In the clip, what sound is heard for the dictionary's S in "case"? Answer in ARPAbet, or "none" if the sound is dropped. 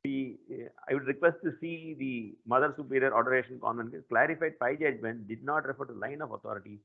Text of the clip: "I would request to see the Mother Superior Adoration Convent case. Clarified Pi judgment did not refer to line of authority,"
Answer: none